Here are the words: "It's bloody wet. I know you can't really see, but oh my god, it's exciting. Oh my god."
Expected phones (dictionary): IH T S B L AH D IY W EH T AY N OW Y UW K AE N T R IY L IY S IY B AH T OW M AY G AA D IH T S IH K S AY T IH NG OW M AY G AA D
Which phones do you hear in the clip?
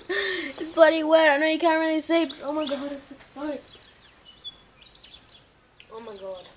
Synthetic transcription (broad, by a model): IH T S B AH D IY W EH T AY N OW Y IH K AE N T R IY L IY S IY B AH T OW M AY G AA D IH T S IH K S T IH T OW M AY G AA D